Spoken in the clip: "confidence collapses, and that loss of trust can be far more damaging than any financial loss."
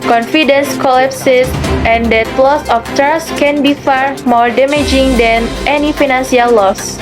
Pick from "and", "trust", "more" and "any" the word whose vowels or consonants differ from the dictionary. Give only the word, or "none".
trust